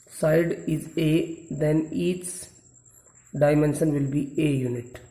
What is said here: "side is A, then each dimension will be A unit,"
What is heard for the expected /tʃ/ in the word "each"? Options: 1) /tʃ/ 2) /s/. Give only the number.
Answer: 2